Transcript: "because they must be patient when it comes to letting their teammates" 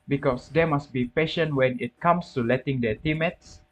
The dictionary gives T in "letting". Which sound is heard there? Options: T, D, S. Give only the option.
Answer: T